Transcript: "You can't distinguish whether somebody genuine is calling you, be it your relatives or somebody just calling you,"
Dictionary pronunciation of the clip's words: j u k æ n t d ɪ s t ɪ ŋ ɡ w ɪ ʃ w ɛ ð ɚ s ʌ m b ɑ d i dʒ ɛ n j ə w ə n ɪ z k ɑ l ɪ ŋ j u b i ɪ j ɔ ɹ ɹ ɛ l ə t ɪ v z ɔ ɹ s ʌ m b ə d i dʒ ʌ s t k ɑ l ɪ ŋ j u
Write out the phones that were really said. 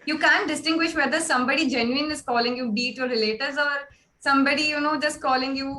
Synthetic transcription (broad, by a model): j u k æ n t d ɪ s t ɪ ŋ ɡ w ɪ ʃ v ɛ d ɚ s ʌ m b ɑ d i dʒ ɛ n j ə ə n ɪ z k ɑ l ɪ ŋ j u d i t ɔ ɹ ɹ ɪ l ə t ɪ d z ɔ ɹ s ʌ m b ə d i dʒ ʌ s t k ɑ l ɪ ŋ j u